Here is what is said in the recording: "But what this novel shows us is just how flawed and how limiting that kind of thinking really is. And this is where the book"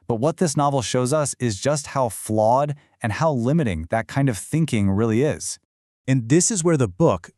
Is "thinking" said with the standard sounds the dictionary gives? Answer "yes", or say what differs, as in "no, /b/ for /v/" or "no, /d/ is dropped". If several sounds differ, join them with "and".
yes